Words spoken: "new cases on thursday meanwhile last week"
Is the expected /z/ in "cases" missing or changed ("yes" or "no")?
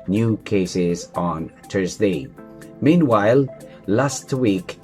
no